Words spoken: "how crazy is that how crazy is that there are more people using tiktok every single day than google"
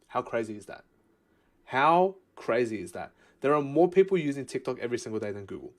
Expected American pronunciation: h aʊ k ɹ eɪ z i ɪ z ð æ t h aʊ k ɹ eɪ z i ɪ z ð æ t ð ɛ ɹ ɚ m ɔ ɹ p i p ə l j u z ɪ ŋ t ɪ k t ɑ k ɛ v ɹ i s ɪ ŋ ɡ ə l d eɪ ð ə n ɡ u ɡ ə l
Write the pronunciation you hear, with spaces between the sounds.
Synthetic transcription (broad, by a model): h aʊ k ɹ eɪ z i ɪ z ð æ t h aʊ k ɹ eɪ z i ɪ z ð æ t ð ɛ ɹ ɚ m ɔ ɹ p i p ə l j u z ɪ ŋ t ɪ k t ɑ k ɛ v ɹ i s ɪ ŋ ɡ ə l d eɪ ð ə n ɡ u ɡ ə l